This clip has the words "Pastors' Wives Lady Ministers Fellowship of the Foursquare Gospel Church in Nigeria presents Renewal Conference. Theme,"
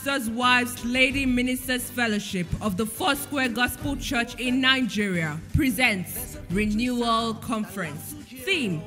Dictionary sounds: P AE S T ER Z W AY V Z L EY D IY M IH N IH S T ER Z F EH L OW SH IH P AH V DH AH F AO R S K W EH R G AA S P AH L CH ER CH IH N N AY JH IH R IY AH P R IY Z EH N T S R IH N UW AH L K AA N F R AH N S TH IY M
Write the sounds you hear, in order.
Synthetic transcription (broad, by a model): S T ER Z W AY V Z L EY D IY M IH N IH S T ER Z F EH L OW SH IH P AH V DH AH F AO S K W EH G AA S P AH L CH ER CH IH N N AY JH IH R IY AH P R IY Z EH N T S R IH N UW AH L K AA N F R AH N S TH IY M